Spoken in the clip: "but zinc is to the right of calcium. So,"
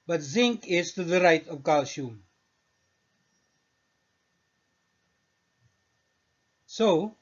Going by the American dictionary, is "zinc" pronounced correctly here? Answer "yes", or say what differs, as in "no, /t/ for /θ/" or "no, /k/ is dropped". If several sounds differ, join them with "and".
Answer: yes